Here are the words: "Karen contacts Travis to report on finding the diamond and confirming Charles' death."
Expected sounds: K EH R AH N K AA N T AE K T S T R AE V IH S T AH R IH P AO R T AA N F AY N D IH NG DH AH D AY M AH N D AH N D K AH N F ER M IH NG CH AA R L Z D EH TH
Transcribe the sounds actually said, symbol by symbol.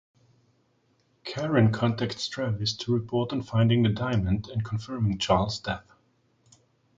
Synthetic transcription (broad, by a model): K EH R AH N K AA N T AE K T S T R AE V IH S T AH R IH P AO R T N F AY N D IH NG DH AH D AY M AH N D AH N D K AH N F ER M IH NG CH AA R L Z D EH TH